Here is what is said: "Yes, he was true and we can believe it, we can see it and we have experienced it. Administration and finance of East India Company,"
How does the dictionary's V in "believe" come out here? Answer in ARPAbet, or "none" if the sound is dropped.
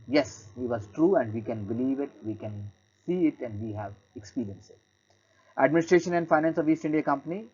V